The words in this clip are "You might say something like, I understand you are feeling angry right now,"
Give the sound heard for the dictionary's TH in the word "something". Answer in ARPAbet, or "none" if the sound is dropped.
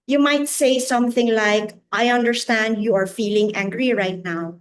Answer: TH